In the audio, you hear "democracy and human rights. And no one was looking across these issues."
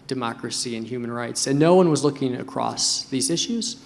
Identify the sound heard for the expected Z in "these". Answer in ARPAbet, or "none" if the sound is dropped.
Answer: Z